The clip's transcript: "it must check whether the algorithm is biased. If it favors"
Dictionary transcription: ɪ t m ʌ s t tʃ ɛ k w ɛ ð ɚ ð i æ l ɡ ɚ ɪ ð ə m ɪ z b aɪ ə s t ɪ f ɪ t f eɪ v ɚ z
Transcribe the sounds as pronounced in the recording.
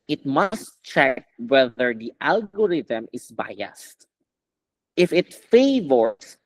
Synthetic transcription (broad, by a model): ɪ t m ʌ s t tʃ ɛ k w ɛ ð ɚ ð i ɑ l ɡ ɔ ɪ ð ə m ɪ s b aɪ ə s t ɪ f ɪ t f eɪ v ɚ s